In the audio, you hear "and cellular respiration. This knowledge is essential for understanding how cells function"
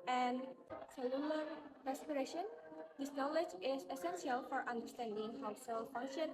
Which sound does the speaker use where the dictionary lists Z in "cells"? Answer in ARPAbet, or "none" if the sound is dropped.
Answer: none